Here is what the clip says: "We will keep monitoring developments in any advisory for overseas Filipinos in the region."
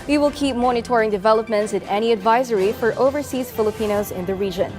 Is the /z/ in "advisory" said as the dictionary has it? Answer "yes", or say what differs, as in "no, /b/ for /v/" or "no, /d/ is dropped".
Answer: yes